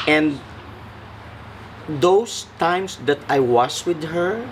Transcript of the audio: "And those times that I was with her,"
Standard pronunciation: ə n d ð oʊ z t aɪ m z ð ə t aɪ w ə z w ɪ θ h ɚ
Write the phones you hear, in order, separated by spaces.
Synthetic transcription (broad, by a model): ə n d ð oʊ s t aɪ m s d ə t aɪ w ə s w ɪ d h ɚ